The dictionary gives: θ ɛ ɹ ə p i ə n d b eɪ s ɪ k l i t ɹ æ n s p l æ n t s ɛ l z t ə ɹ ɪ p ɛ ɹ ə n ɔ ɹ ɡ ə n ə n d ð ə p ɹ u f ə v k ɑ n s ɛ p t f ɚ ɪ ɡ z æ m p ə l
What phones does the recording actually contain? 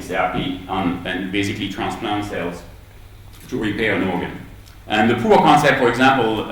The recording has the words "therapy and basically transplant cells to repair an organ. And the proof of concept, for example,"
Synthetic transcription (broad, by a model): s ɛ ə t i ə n b eɪ s ɪ k l i t ɹ æ n s p l æ n t s ɛ l z t ə ɹ ɪ p ɛ ɹ ə n ɔ ɹ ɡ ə n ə n ð ə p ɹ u ə k ɑ n s ɛ p t f ɚ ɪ ɡ z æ m p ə l